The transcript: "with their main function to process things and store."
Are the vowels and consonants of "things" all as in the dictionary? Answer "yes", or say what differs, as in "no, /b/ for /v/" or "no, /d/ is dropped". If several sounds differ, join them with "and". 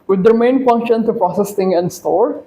no, /t/ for /θ/ and /z/ is dropped